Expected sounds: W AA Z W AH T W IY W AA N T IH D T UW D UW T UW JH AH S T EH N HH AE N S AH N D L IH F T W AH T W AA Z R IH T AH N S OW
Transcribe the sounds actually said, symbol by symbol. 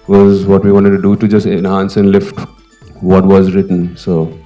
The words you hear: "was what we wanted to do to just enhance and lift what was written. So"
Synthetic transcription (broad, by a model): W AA Z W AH T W IY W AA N T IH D T UW D UW T UW JH AH S T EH N HH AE N S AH N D L IH F T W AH T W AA Z R IH T AH N S OW